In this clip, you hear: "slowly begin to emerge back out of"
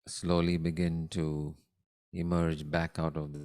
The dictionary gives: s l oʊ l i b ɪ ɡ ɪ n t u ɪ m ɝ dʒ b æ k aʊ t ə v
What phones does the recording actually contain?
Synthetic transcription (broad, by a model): s l oʊ l i b ɪ ɡ ɪ n t u ɪ m ɝ dʒ b æ k aʊ t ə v